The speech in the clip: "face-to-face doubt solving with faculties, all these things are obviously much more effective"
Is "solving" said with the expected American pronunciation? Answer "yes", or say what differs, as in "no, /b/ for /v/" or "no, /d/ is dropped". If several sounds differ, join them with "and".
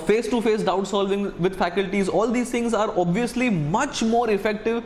yes